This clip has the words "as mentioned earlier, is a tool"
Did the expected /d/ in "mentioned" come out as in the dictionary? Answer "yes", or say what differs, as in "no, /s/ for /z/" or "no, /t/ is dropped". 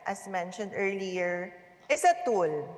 yes